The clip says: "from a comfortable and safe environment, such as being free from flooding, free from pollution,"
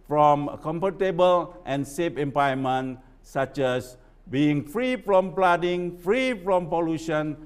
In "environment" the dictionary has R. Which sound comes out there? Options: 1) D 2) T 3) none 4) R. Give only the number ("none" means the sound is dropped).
3